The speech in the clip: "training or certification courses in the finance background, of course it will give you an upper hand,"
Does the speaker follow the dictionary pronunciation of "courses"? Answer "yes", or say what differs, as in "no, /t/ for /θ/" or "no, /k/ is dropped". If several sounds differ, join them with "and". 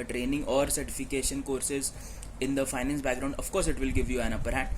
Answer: yes